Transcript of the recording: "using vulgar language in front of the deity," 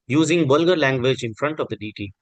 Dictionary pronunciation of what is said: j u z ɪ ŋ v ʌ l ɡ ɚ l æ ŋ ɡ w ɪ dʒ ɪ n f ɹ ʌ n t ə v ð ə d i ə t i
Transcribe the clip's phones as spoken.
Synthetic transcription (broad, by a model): j u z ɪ ŋ b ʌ l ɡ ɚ l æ ŋ ɡ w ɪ dʒ ɪ n f ɹ ʌ n t ə v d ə d i t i